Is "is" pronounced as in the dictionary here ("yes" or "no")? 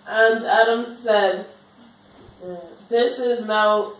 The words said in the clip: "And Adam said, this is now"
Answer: yes